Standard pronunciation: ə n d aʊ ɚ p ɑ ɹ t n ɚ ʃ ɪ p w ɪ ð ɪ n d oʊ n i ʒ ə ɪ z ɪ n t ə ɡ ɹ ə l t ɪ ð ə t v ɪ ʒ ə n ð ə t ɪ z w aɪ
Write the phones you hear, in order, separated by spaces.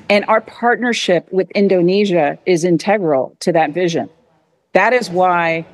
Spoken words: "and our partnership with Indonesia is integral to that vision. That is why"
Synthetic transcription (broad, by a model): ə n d aʊ ɚ p ɑ ɹ t n ɚ ʃ ɪ p w ɪ ð ɪ n d oʊ n i ʒ ə ɪ z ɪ n t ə ɡ ɹ l t ɪ ð ə t v ɪ ʒ ə n ð ə t ɪ z w aɪ